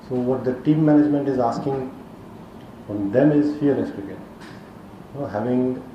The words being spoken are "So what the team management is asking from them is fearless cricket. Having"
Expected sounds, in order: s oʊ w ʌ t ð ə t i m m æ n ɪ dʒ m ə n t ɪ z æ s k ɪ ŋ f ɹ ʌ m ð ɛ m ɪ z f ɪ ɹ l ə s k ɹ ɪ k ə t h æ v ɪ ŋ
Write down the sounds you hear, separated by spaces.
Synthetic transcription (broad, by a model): s oʊ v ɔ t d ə t i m m æ n ɪ dʒ m ə n t ɪ z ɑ s k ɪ ŋ f ɹ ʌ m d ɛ m ɪ z f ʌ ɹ n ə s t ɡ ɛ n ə h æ v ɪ ŋ